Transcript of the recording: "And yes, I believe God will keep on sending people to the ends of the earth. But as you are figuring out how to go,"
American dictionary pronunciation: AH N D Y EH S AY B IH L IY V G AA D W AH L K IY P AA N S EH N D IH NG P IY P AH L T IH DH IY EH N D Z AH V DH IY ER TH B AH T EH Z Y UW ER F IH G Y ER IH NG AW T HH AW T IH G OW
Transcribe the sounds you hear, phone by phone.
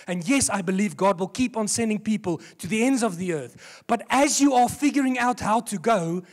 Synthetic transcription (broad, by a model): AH N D Y EH S AY B IH L IY V G AA D W AH L K IY P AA N S EH N D IH NG P IY P AH L T IH DH IY EH N D Z AH V DH IY ER TH B AH T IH Z Y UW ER F IH G Y ER IH NG AW T HH AW T IH G OW